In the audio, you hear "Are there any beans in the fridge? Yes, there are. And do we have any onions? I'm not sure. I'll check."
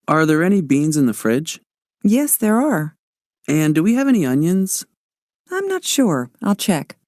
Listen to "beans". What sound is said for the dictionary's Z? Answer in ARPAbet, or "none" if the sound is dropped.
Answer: Z